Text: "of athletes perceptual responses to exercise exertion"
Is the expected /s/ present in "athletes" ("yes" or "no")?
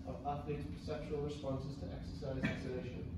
no